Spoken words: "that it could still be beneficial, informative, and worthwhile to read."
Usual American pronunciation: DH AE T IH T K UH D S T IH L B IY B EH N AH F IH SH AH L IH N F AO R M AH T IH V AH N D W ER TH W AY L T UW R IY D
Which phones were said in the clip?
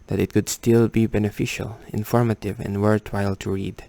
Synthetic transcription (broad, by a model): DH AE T IH T K UH D S T IH L B IY B EH N AH F IH SH AH L IH N F AO R M AH T IH V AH N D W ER T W AY L T UW R IY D